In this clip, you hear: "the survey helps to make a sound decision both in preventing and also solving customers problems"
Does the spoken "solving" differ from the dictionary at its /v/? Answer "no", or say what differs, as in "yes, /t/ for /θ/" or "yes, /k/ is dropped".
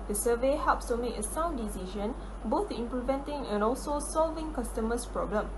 no